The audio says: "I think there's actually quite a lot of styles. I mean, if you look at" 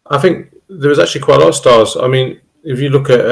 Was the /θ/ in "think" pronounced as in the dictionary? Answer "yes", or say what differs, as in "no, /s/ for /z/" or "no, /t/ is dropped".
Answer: yes